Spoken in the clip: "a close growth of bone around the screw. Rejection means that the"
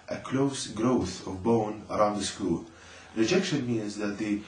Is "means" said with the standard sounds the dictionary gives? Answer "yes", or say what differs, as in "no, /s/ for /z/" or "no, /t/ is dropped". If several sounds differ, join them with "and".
yes